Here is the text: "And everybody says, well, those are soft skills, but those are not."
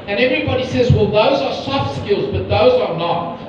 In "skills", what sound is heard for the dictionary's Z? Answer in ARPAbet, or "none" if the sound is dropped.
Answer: Z